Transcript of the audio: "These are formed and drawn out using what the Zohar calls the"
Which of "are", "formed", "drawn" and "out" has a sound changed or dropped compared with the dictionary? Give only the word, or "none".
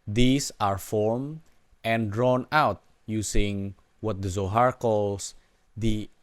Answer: formed